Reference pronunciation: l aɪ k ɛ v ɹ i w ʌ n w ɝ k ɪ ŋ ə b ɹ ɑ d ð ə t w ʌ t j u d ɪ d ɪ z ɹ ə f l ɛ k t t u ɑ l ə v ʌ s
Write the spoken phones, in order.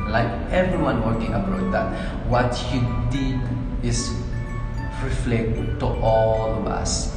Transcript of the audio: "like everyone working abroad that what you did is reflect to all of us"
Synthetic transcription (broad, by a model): l aɪ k ɛ v ɹ i w ʌ n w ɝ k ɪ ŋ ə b ɑ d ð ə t w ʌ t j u d ɪ d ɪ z ɹ ə f l ɛ k t t u ɑ l ə v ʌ s